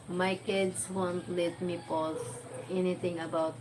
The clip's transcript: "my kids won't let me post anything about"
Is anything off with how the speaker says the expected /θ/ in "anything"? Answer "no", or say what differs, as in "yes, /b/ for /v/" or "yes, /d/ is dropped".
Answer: yes, /t/ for /θ/